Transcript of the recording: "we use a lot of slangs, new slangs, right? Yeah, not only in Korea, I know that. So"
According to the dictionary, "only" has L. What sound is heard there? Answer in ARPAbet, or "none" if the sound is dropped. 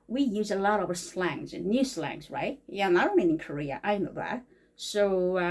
none